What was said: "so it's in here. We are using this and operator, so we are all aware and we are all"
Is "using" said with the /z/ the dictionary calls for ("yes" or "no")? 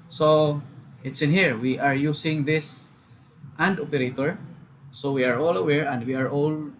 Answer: no